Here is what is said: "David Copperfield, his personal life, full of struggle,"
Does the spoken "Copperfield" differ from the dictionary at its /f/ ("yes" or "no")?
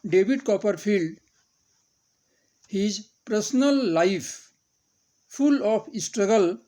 yes